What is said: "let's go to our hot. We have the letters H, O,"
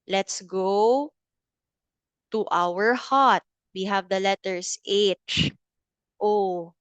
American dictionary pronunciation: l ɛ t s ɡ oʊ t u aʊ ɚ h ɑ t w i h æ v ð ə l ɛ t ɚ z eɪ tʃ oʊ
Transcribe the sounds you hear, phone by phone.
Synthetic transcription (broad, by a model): l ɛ t s ɡ oʊ t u aʊ ɚ h ɑ t w i h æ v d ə l ɛ t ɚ s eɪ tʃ oʊ